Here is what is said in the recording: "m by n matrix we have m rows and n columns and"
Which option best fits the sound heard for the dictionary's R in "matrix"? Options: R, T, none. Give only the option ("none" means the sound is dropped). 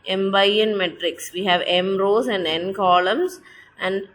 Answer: R